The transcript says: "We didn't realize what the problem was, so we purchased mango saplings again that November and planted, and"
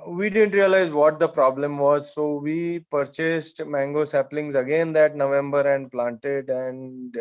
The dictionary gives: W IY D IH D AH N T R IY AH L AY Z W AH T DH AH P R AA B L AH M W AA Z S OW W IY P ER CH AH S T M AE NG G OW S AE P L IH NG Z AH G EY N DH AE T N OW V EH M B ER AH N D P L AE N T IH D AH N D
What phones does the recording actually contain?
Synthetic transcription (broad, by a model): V IY D IH D AH N T R IY AH L AY Z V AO T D AH P R AA B L AH M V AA Z S OW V IY P ER CH AH S T M AE NG G OW S AE P L IH NG Z AH G EY N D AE T N OW V EH M B ER AH N D P L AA N T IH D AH N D